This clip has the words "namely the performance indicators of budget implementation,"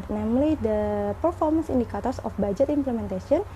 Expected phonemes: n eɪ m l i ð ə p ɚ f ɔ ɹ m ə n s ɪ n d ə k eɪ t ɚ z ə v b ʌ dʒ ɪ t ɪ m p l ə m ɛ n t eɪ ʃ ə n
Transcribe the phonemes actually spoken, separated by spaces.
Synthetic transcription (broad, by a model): n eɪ m l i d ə p ɚ f ɔ ɹ m ə n s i n d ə k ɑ t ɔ s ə f b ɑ dʒ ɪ t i m p l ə m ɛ n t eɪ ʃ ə n